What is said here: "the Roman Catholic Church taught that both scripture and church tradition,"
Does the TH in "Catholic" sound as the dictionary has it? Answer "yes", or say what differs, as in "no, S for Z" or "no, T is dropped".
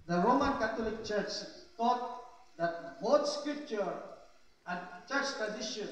no, T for TH